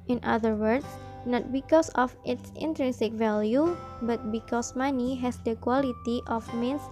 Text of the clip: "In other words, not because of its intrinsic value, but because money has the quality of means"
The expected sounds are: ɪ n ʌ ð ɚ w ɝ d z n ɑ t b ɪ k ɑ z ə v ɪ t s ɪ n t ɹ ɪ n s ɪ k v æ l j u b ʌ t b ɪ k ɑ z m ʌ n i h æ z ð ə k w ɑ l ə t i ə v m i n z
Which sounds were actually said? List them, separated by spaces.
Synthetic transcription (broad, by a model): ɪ n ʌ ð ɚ w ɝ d s n ɑ t b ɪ k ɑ s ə f ɪ t s ɪ n t ɹ ɪ n s ɪ k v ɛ l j u b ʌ t b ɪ k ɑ s m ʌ n i h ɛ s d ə k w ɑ l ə t i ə f m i n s